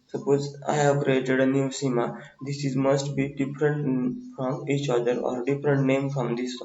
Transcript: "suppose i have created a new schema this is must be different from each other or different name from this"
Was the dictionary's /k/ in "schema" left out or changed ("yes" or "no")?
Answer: yes